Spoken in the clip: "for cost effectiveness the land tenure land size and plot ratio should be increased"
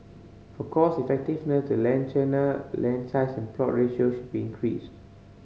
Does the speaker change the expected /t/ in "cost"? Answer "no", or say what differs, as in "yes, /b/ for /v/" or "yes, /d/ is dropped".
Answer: yes, /t/ is dropped